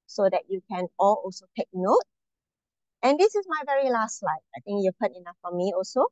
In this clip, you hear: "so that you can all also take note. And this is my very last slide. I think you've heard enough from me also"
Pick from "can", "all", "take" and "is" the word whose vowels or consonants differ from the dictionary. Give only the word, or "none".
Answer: is